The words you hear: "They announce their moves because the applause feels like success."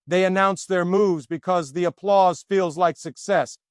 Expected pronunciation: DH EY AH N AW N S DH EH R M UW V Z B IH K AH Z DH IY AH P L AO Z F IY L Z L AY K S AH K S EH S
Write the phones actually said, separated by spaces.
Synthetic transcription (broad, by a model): DH EY AH N AW N S DH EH R M UW V Z B IH K AH Z DH IY AH P L AO Z F IY L Z L AY K S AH K S EH S